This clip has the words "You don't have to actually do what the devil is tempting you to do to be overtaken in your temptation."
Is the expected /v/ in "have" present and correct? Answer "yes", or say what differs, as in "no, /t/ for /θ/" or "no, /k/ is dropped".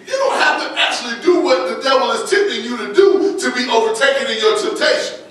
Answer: no, /f/ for /v/